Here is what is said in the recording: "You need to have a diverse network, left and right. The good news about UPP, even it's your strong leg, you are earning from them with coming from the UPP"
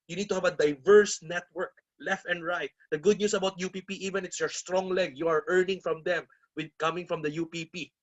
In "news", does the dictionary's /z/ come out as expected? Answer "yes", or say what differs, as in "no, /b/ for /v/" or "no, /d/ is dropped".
no, /s/ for /z/